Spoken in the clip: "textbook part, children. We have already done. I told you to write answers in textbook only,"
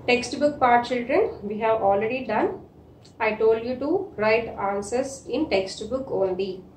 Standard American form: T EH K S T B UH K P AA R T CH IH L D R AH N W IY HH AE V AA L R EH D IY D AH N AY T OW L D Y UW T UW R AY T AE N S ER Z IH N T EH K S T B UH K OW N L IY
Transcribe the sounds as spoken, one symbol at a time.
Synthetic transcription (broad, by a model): T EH K S T B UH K P AA R T CH IH L D R AH N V IY HH AE V AA L R EH D IY D AH N AY T OW L D Y UW T UW R AY T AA N S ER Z IH N T EH K S T B UH K OW N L IY